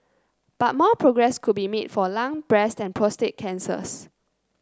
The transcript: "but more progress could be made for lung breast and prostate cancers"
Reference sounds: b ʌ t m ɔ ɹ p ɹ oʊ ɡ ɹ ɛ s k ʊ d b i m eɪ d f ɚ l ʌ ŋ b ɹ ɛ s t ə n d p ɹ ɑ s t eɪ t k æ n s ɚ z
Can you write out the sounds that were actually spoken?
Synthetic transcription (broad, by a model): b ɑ t m ɔ p ɹ oʊ ɡ ɹ ɛ s k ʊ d b i m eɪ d f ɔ l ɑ ŋ b ɹ ɛ s t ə n p ɹ ɑ s t eɪ t k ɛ n s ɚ s